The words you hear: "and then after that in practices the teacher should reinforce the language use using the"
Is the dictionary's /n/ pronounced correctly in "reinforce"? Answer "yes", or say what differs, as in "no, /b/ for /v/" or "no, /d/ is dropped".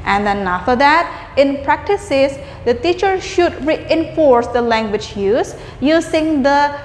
yes